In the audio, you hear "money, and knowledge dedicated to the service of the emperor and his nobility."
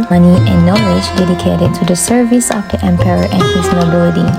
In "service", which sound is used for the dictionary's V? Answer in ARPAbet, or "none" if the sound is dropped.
V